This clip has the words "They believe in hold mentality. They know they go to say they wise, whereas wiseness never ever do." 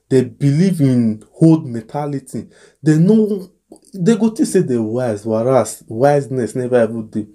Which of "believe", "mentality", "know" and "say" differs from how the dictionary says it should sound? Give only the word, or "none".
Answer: mentality